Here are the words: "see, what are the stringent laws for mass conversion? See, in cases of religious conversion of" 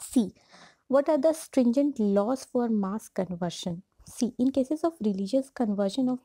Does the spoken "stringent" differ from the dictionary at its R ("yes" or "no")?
no